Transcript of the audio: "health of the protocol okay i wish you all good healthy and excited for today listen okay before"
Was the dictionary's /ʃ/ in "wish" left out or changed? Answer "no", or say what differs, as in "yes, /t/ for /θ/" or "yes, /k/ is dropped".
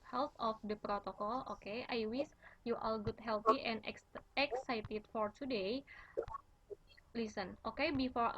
yes, /s/ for /ʃ/